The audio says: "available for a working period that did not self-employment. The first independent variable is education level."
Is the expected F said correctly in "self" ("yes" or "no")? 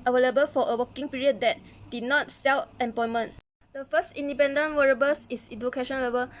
no